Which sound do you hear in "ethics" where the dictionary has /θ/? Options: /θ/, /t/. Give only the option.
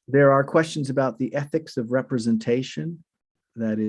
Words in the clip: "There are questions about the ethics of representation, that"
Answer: /θ/